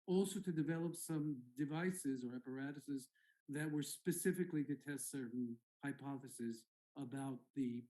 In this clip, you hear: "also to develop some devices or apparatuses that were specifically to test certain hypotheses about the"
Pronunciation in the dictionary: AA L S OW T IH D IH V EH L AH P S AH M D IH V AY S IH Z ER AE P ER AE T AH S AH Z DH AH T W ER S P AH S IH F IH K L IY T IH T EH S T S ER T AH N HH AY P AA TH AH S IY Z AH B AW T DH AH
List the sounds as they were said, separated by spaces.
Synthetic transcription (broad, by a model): AA L S OW T IH D IH V EH L AH P S AH M D IH V AY S IH Z ER AE P ER AE T AH S AH Z DH AH T W ER S P AH S IH F IH K L IY T IH T EH S T S ER T N HH AY P AA TH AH S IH Z AH B AW T DH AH